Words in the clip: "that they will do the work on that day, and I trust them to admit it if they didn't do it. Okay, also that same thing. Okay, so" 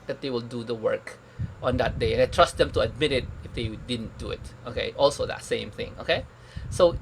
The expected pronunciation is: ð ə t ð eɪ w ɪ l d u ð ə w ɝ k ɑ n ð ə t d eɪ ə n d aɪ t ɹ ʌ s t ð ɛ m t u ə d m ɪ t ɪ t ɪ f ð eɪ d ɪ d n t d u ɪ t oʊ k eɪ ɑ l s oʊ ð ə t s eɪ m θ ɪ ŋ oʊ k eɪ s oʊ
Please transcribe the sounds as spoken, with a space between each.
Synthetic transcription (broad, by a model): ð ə t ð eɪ w ɪ l d u ð ə w ɝ k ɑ n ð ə t d eɪ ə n aɪ t ɹ ʌ s t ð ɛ m t u ə d m ɪ t ɪ t ɪ f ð eɪ d ɪ d n t d u ɪ t oʊ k eɪ ɑ l s oʊ ð ə t s eɪ m θ ɪ ŋ oʊ k eɪ s oʊ